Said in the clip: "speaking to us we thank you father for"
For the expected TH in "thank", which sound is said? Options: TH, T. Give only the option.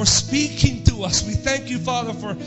TH